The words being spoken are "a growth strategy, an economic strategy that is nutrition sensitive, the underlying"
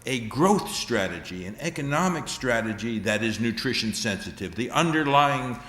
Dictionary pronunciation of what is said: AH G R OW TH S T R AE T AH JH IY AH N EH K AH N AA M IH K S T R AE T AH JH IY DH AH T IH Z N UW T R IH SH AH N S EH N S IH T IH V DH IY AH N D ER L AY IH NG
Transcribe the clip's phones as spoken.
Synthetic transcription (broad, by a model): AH G R OW TH S T R AE T AH JH IY AH N EH K AH N AA M IH K S T R AE T AH JH IY DH AH T IH Z N UW T R IH SH AH N S EH N S IH T IH V DH IY AH N D ER L AY IH NG